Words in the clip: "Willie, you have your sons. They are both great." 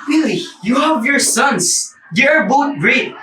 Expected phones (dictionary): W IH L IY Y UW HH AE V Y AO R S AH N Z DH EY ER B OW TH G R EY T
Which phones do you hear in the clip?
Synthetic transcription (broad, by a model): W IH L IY Y UW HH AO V Y AO R S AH N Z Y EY ER B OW T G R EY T